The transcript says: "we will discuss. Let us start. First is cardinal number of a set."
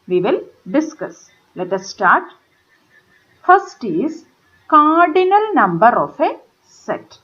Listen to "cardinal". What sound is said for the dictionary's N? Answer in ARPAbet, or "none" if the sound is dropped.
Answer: N